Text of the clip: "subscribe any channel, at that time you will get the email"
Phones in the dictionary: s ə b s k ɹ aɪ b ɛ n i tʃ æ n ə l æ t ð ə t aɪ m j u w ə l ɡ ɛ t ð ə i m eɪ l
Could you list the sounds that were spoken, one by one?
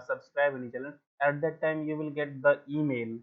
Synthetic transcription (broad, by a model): s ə b s k ɹ aɪ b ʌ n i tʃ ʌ l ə n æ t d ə t aɪ m j u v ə l ɡ ɛ t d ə i m eɪ l